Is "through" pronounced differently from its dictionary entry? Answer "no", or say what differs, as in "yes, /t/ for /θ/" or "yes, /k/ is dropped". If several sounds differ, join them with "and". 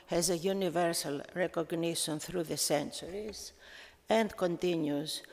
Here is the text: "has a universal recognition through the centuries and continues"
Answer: no